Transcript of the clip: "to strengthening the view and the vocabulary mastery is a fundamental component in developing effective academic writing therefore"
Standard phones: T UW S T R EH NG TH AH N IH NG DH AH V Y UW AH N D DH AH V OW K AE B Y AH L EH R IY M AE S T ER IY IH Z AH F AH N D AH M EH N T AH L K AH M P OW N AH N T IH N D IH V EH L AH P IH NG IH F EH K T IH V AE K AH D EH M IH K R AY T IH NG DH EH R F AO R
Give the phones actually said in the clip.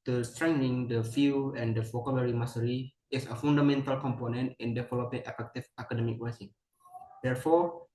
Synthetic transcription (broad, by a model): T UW S T R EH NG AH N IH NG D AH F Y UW AH N D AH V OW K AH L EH R IY M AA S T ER IY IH S AH F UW N D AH M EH N T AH L K AH M P OW N AH N T IH N D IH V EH L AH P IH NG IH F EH K T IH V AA K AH D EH M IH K W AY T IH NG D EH R F AO R